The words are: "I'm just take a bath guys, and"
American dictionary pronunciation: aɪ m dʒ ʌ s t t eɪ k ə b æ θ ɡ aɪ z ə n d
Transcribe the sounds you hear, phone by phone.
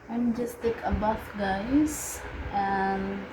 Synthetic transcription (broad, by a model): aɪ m dʒ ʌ s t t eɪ k ə b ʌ f ɡ aɪ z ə n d